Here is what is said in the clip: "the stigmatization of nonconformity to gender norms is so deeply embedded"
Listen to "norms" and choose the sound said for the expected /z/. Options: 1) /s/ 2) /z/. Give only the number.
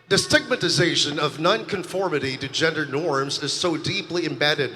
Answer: 2